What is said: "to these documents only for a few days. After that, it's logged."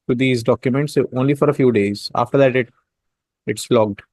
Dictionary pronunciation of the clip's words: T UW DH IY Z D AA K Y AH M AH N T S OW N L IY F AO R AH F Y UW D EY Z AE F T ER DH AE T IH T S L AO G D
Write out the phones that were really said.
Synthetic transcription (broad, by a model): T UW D IY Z D AA K Y AH M AH N T S OW N L IY F AO R AH F Y UW D EY Z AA F T ER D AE T IH T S L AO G D